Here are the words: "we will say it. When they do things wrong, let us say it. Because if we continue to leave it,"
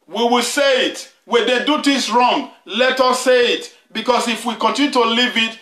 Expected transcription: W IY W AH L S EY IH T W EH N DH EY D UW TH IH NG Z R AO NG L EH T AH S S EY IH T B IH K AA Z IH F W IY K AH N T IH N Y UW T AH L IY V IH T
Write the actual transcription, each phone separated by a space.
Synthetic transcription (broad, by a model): W IY W AH L S EY IH T W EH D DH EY D UW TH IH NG S R AO NG L EH T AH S S EY IH T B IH K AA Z IH F W IY K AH N T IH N Y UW T AH L IY V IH T